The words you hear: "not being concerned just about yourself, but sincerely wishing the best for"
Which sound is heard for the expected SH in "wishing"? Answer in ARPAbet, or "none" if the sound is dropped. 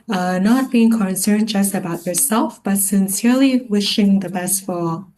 SH